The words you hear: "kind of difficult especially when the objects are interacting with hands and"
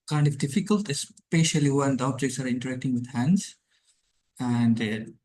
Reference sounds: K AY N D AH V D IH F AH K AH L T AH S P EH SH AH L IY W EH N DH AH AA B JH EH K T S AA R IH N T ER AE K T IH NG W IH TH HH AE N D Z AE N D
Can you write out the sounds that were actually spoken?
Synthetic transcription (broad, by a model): K AY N D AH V D IH F AH K AH L T AH S P EH SH AH L IY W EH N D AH AA B JH EH K T S AA R IH N T ER AE K T IH NG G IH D HH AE N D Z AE N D